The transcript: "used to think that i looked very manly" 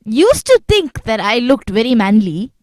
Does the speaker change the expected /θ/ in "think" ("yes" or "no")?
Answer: yes